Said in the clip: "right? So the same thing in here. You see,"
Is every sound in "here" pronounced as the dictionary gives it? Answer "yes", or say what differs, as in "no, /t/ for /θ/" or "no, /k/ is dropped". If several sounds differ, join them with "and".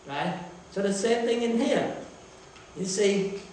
yes